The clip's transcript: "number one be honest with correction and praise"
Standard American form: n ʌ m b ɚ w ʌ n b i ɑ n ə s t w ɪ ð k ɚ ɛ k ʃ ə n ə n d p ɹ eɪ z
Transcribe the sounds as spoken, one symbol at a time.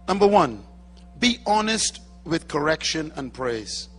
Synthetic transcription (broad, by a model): n ʌ m b ɚ w ʌ n b i ɑ n ə s t w ɪ ð k ɚ ɛ k ʃ ə n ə n p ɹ eɪ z